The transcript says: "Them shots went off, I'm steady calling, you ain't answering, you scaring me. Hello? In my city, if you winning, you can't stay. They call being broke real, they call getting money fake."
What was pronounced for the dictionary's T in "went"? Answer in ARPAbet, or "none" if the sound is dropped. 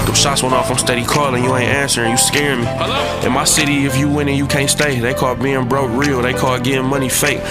none